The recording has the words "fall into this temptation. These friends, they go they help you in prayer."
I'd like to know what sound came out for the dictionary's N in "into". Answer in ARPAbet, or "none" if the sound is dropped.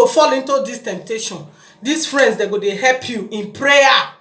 N